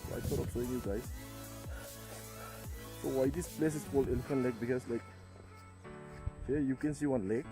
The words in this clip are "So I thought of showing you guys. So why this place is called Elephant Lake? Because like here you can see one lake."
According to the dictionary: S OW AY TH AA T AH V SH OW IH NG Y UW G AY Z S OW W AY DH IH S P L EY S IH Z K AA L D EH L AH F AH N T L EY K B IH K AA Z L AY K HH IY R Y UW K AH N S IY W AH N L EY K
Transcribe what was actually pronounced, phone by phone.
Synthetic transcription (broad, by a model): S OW AY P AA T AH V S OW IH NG Y UW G AY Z S OW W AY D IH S P L EY S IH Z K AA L EH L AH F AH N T L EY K B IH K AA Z L AY K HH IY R Y UW K AH N S IY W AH N L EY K